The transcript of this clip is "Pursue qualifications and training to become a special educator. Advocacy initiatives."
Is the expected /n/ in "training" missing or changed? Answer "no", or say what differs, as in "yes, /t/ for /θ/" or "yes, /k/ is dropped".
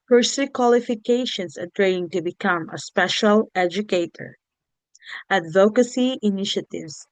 yes, /n/ is dropped